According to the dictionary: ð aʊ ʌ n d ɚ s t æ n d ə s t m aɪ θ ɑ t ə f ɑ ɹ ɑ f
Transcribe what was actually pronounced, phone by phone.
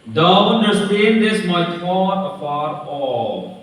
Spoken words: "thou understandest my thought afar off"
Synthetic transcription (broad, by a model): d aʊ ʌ n d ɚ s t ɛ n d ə s m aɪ f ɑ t ə f ɑ ɹ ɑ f